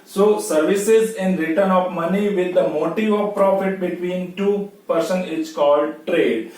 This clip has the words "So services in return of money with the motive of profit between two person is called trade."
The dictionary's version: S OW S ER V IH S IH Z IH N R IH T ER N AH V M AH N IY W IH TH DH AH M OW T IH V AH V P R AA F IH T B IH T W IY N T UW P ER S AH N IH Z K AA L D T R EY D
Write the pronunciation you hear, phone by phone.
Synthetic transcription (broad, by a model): S OW S ER V IH S IH Z IH N R IH T ER N AH V M AH N IY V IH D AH M OW T IH V AH V P R AA F IH T B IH T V IY N T UW P ER S AH N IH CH K AA L D T R EY D